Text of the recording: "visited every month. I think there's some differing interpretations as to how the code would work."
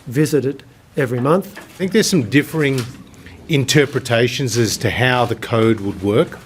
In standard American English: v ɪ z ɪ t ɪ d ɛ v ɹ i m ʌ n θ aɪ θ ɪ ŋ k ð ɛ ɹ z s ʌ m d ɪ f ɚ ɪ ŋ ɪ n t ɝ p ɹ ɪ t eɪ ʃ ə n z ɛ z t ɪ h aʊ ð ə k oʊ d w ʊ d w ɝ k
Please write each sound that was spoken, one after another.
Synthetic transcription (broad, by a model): v ɪ z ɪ t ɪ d ɛ v ɹ i m ʌ n θ θ ɪ ŋ k ð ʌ ɹ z s ʌ m d ɪ f ɚ ɪ ŋ ɪ n t ɝ p ɹ ɪ t eɪ ʃ ə n z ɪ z t ɪ h aʊ ð ə k oʊ d w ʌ d w ɝ k